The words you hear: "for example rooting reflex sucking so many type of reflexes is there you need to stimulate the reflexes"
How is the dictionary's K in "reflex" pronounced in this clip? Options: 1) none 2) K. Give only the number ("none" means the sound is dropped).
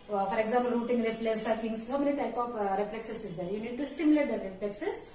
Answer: 1